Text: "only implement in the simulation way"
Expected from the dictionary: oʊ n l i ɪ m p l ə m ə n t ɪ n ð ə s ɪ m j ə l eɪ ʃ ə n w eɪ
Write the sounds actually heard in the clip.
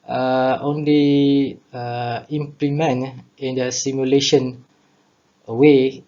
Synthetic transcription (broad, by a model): oʊ n l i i m p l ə m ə n ɪ n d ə s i m j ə l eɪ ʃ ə n w eɪ